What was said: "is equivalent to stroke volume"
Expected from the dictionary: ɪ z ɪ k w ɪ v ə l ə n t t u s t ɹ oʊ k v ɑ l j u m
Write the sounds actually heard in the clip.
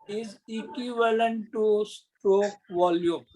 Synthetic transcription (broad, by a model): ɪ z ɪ k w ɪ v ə l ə n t t u s t ɹ oʊ k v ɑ l j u m